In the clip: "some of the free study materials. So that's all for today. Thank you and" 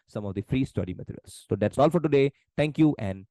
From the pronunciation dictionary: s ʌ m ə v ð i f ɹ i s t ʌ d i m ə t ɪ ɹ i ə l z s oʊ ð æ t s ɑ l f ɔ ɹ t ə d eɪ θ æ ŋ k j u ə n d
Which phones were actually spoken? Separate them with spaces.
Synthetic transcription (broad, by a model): s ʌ m ə v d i f ɹ i s t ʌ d i m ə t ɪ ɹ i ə l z s oʊ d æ t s ɑ l f ɔ ɹ t ə d eɪ t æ ŋ k j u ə n d